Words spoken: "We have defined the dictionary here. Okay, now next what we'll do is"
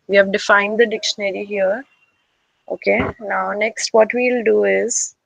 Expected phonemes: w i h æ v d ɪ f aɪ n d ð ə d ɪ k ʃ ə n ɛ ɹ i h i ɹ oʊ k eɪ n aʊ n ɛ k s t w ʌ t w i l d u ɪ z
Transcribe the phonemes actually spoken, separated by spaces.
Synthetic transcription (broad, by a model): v i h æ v d ɪ f aɪ n d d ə d ɪ k ʃ ə n ɛ ɹ i h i ɹ oʊ k eɪ n aʊ n ɛ k s t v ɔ t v i l d u ɪ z